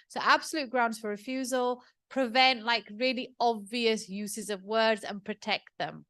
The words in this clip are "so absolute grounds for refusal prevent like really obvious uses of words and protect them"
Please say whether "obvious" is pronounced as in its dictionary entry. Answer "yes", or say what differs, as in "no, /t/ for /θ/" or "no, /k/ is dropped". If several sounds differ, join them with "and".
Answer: yes